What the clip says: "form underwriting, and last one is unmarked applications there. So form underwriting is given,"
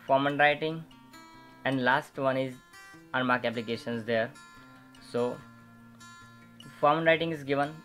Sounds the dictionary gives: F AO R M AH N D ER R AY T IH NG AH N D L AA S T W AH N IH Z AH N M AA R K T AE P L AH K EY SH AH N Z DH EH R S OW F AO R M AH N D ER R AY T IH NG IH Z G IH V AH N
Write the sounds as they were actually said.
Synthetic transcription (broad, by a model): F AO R M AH N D R AY T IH NG AH N D L AA S T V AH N IH Z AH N M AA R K AE P L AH K EY SH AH N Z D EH R S OW F AO R M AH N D R AY T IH NG IH Z G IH V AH N